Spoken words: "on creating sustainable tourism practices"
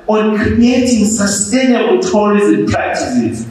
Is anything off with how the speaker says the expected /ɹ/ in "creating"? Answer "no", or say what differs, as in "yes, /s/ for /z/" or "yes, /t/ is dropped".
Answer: yes, /ɹ/ is dropped